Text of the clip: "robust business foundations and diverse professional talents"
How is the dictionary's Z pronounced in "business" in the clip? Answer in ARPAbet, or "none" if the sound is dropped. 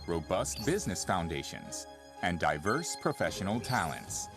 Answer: Z